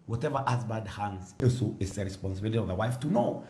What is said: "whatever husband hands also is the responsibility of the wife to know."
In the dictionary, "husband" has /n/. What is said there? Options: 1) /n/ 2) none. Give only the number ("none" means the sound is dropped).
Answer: 2